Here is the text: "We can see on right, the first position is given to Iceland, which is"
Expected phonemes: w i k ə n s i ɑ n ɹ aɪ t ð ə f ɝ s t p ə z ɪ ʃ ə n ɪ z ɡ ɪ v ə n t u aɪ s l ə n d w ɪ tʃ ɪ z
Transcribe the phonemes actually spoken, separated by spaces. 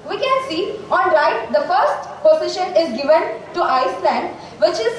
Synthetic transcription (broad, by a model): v i k ə n s i ɑ n l aɪ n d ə f ɝ s t p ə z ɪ ʃ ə n ɪ z ɡ ɪ v ə n t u aɪ s l ə n d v ɪ tʃ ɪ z